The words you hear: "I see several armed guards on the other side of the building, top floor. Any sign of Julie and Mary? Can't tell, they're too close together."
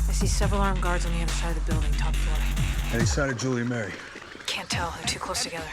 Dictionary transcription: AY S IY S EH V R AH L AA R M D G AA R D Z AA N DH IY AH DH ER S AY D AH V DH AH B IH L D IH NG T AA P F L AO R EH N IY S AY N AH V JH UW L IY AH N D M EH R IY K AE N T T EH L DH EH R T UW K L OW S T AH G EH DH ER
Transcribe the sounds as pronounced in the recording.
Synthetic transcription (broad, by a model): AY S IY S EH V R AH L AA R M G AA R D Z N DH IY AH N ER S AY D DH AH B IH L D IH NG T AA P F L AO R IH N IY S AY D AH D JH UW L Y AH M EH R IY K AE N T T EH L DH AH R T UW K L OW S T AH G EH DH ER